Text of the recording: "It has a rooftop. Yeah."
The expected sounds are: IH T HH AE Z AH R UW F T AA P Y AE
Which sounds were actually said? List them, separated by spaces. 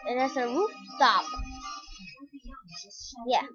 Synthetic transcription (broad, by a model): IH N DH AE S AH R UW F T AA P Y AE